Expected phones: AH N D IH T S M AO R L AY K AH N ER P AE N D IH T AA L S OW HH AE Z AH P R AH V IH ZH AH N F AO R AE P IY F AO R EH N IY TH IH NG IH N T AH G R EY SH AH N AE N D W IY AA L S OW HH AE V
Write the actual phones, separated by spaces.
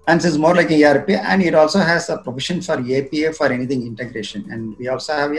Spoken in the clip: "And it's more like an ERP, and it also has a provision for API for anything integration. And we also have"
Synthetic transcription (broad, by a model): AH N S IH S M AO R L AY K AH N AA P AE N D IH T AA L S OW HH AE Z AH P R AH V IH SH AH N F AO R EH P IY F AO R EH N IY T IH NG IH N T AH G R EY SH AH N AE N D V IY AA L S OW HH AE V